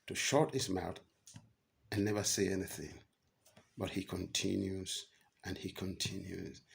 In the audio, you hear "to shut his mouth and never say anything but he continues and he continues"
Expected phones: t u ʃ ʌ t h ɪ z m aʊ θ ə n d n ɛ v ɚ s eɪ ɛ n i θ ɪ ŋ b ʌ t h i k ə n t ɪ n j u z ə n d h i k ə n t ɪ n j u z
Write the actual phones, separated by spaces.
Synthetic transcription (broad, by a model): t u ʃ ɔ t h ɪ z m aʊ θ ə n n ɛ v ɚ s eɪ ɛ n i θ ɪ ŋ b ʌ t h i k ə n t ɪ n j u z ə n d h i k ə n t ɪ n j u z